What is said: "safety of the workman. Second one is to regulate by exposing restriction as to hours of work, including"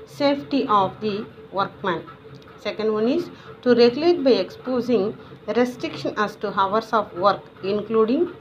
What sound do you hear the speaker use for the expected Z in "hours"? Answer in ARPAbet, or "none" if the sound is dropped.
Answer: S